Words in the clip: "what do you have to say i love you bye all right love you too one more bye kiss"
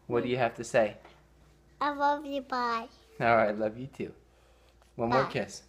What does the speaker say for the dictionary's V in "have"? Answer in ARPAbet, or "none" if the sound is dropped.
F